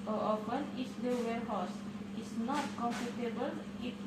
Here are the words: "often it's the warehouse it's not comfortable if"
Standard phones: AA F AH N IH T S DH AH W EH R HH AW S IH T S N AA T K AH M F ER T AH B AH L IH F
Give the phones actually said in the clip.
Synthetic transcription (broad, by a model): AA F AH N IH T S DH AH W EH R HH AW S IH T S N AA T K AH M P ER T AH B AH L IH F